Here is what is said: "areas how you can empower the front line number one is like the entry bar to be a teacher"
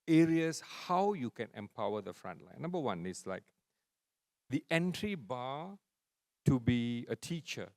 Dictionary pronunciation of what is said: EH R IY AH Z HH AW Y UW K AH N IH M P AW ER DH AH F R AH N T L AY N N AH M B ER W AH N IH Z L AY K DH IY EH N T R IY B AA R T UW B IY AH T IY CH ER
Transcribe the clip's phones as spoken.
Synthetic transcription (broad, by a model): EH R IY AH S HH AW Y UW K AH N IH M P AW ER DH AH F R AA N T L AY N N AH M B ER W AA N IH S L AY K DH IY EH N T R IY B AA T UW B IY AH T IY CH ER